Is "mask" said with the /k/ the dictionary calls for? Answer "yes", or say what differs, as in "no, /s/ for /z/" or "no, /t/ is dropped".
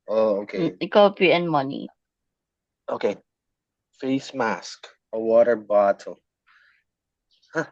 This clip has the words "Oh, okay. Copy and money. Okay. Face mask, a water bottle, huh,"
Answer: yes